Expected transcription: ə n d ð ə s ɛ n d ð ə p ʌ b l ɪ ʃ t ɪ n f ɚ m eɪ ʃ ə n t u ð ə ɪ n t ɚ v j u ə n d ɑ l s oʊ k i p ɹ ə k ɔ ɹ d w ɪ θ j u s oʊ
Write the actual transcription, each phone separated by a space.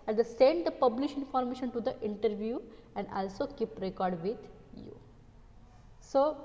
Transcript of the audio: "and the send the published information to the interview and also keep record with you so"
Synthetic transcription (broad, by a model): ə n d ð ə s ɛ n d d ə p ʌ b l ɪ ʃ ɪ n f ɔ m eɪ ʃ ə n t u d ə ɪ n t ɚ v j u ə n d ɑ l s oʊ k i p ɹ ə k ɔ ɹ d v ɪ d j u s oʊ